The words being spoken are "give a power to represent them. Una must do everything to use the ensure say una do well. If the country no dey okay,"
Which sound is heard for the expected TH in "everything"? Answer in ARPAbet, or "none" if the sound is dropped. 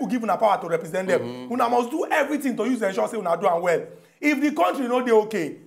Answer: T